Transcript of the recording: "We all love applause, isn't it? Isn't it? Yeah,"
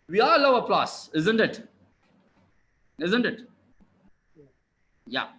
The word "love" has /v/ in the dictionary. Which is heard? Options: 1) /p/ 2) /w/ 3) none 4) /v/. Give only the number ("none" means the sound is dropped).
3